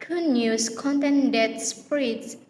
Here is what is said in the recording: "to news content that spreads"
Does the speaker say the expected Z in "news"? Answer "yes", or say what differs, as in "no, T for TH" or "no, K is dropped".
no, S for Z